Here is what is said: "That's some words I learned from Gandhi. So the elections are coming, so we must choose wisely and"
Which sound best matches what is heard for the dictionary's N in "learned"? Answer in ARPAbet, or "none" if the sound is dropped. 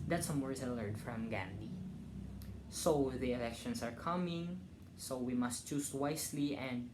none